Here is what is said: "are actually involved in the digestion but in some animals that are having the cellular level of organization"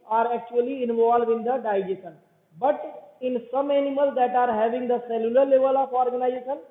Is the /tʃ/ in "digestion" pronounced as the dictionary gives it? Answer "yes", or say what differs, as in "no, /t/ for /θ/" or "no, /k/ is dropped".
no, /tʃ/ is dropped